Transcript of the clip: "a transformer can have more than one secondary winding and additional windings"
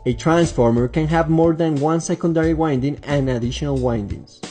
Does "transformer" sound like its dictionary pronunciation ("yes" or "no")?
yes